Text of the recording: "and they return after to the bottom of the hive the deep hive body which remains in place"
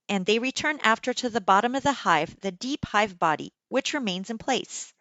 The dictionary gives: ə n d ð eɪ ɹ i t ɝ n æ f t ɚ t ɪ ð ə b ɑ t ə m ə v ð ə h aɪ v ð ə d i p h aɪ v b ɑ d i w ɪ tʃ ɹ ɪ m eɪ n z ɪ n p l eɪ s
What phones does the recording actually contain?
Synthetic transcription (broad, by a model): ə n ð eɪ ɹ i t ɝ n æ f t ɚ t ɪ ð ə b ɑ t ə m ə v ð ə h aɪ v ð ə d i p h aɪ v b ɑ d i w ɪ tʃ ɹ ɪ m eɪ n z ɪ n p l eɪ s